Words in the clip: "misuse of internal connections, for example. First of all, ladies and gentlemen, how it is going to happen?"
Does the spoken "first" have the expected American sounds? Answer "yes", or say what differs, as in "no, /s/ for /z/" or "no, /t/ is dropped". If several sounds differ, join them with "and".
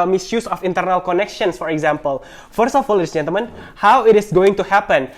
yes